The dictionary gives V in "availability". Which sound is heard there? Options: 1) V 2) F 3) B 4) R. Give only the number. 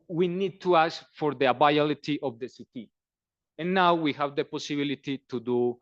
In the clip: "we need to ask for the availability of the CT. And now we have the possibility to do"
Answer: 3